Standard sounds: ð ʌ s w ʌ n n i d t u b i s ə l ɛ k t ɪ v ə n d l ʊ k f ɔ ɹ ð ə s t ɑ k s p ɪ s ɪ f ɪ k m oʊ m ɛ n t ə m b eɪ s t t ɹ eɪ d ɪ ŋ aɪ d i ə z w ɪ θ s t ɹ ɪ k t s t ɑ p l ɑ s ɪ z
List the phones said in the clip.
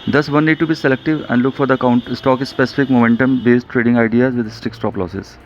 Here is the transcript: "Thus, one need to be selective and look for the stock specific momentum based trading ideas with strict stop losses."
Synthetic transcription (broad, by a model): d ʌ s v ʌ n n i d t u b i s ə l ɛ k t ɪ v ə n d l ʊ k f ɔ ɹ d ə s t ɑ k s p ɪ s ɪ f ɪ k m oʊ m ɛ n t ə m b eɪ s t t ɹ eɪ d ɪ ŋ aɪ d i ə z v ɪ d s t ɪ k s t ɑ p l ɑ s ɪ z